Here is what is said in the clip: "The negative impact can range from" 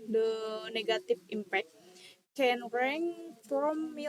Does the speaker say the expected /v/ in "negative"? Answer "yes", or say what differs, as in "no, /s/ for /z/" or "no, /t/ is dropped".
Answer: no, /f/ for /v/